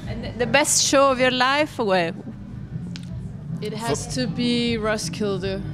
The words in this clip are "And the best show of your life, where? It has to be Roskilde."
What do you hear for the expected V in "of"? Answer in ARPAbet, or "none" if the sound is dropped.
V